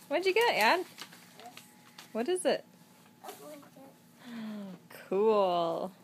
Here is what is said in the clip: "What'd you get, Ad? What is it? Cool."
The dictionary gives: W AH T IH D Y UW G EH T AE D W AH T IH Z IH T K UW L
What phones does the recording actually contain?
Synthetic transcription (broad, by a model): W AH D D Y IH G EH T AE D W AH T IH Z IH T K UW L